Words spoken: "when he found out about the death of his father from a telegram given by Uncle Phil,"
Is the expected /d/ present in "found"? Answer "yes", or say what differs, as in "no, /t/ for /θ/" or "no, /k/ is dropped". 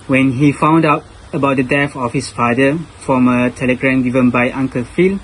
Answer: yes